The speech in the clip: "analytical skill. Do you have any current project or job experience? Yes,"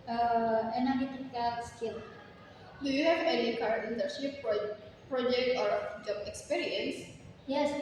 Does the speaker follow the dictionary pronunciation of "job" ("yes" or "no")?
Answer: no